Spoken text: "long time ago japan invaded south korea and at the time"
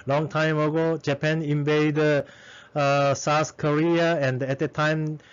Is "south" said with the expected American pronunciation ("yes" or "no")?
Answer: no